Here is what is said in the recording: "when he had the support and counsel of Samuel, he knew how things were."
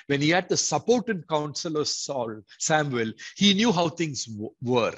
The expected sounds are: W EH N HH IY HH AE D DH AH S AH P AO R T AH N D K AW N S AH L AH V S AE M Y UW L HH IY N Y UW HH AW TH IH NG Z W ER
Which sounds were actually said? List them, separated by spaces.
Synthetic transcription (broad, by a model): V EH N HH IY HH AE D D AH S AH P AO R T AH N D K AW N S AH L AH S S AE M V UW L HH IY N Y UW HH AW T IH NG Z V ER